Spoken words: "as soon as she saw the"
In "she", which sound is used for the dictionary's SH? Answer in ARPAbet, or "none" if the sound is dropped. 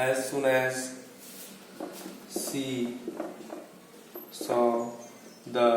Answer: S